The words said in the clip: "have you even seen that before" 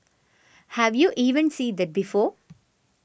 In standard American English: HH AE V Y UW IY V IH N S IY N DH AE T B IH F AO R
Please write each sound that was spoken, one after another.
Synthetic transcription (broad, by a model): HH AE V Y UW IY V IH N S IY N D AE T B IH F AO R